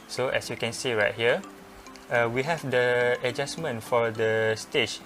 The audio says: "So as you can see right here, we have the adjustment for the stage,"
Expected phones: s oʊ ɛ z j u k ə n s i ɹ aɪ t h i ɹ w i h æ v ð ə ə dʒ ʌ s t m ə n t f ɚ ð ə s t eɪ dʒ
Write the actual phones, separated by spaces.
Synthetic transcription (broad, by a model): s oʊ ɛ s j u k ə n s i ɹ aɪ t h i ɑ w i h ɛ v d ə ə dʒ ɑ s m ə n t f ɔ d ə s t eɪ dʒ